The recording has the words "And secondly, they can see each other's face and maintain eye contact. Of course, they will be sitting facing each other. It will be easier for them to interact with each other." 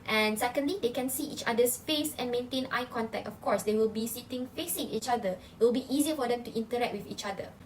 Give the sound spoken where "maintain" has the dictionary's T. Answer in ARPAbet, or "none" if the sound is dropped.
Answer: T